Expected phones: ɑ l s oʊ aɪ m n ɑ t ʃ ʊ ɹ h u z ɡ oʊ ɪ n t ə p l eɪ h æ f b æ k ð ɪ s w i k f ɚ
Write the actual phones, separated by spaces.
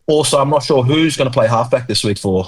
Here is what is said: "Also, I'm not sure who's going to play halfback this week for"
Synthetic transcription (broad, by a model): ɑ l s oʊ aɪ m n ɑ t ʃ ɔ h u z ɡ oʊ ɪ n ə p l eɪ h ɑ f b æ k ð ɪ s w i k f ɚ